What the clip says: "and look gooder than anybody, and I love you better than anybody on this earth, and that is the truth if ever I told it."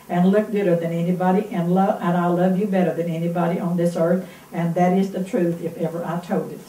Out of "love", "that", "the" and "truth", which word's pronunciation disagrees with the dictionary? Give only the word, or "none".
none